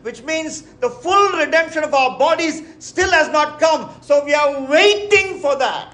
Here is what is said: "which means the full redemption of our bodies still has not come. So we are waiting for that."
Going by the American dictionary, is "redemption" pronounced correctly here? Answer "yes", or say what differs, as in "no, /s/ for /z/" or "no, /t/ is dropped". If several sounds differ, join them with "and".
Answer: yes